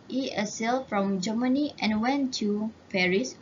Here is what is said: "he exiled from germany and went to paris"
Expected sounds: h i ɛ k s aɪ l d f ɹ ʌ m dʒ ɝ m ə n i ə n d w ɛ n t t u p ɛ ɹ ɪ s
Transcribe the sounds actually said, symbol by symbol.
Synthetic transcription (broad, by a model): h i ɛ s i l f ɹ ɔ m dʒ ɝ m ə n i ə n w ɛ n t t u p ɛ ɹ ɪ s